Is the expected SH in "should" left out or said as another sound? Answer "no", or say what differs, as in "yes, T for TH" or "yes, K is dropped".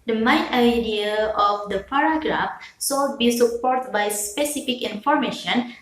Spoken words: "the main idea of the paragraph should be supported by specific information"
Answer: yes, S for SH